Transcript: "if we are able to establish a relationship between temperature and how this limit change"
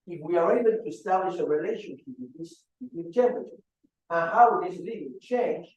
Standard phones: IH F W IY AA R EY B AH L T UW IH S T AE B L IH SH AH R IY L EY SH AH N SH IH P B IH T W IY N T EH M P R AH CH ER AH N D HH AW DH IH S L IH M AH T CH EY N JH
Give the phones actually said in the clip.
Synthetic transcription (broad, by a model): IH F W IY AA R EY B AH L T UW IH S T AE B L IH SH AH R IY L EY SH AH N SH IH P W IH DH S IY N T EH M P AH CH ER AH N HH AW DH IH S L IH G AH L CH EY N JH